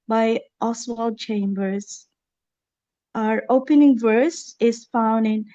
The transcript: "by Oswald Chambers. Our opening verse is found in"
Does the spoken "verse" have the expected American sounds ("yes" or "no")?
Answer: yes